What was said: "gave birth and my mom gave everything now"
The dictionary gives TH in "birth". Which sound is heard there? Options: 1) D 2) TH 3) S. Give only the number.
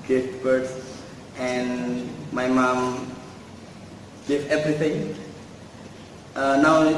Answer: 3